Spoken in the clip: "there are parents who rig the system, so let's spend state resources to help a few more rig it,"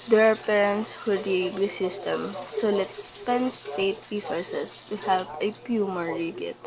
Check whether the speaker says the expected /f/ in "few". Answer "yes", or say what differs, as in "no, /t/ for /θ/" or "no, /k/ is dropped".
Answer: no, /p/ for /f/